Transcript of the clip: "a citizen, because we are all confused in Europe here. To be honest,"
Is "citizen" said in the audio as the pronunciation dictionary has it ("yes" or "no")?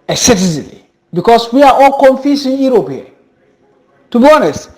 no